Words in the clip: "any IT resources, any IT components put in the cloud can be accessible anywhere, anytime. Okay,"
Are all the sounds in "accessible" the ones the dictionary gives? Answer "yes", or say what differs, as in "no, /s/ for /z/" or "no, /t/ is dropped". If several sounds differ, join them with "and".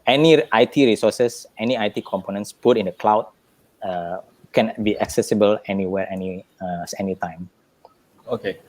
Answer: yes